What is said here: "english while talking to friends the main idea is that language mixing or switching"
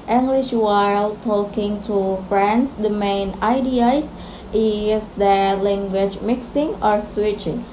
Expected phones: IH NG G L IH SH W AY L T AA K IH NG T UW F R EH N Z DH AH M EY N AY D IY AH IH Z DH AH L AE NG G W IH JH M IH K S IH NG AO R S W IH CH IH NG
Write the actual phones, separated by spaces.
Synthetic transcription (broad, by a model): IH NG G L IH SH W AY L T AA K IH NG T UW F R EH N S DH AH M EY N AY D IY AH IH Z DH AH L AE NG G W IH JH M IH K S IH NG AO R S W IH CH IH NG